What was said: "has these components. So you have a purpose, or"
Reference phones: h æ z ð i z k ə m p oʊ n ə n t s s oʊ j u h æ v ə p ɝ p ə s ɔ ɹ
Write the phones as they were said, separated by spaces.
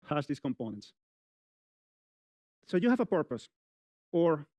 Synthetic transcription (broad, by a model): h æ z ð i s k ə m p oʊ n ə n t s s oʊ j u h æ v ə p ɝ p ə s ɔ ɹ